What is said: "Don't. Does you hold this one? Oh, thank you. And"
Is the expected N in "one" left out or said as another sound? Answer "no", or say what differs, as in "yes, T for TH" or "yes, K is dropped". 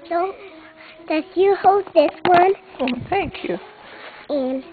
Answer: no